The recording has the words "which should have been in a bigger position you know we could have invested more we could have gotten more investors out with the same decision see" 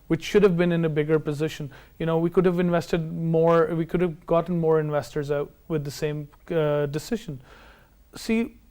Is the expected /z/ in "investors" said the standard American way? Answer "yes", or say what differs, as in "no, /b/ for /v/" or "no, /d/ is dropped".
yes